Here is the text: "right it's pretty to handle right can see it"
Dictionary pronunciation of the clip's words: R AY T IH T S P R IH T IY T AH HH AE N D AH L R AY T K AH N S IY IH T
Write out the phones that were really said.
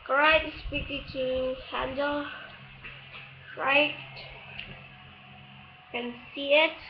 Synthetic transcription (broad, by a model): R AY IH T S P IH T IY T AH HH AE N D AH L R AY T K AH N S IY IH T